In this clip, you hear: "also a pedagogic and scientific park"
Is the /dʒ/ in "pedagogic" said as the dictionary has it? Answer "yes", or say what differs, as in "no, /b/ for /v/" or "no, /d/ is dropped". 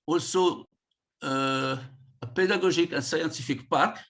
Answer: no, /ʒ/ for /dʒ/